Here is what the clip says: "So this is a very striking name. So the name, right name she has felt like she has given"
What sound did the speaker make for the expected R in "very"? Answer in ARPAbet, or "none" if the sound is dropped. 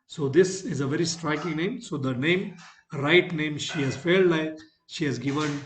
R